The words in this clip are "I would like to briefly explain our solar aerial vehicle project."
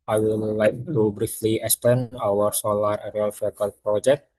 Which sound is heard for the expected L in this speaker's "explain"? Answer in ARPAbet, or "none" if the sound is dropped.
none